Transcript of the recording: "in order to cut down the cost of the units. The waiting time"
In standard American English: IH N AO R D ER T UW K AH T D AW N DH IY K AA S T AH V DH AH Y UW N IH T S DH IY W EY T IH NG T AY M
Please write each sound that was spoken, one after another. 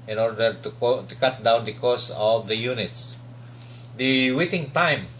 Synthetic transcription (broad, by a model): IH N AO R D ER T UW K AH T D AW N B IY K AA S AH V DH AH Y UW N IH T S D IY W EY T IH NG T AY M